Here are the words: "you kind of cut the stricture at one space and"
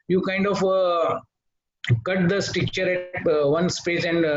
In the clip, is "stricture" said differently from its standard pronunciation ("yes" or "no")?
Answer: yes